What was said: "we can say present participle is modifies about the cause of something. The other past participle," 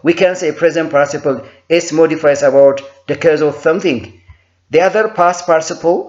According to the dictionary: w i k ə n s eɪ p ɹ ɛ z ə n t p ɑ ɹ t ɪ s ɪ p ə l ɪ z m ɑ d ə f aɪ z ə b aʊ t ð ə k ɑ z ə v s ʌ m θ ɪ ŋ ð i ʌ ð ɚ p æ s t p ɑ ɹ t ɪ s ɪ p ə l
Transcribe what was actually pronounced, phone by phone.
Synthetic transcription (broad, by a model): w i k ə n s eɪ p ɹ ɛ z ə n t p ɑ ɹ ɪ s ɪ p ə l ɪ s m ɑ d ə f aɪ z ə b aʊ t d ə k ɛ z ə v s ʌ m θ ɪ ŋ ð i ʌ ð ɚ p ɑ s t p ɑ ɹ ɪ s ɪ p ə l